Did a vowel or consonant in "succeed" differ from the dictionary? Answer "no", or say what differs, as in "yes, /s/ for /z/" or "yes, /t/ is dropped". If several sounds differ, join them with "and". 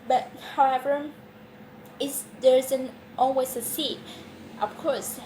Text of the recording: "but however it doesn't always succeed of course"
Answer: yes, /k/ is dropped